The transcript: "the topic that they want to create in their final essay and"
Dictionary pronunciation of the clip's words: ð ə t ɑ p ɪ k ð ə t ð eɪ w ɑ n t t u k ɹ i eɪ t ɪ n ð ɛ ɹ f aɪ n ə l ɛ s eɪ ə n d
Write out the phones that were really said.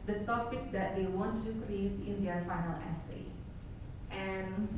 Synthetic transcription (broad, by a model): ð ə t ɑ p ɪ k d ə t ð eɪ w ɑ n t t u k ɹ i eɪ t ɪ n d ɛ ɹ f aɪ n ə l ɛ s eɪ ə n